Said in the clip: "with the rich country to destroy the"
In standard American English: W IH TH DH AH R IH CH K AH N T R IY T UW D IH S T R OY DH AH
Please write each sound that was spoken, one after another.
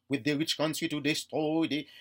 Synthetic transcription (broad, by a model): W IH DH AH R IH CH K AH N T R IY T UW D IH S T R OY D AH